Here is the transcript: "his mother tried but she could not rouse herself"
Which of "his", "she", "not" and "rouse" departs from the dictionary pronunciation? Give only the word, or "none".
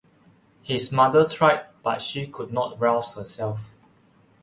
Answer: his